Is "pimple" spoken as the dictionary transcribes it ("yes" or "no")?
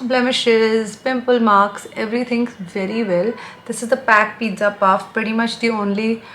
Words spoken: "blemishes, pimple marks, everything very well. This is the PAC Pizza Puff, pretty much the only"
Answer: yes